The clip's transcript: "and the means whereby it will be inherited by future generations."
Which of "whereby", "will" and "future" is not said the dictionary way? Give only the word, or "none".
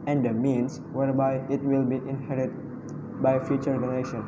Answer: none